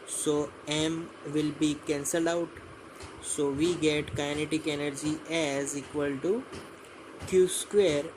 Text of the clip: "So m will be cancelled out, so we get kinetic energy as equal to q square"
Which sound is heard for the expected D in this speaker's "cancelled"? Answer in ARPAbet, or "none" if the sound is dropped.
none